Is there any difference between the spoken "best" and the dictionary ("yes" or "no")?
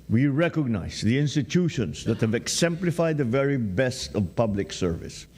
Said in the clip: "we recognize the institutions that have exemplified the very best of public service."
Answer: no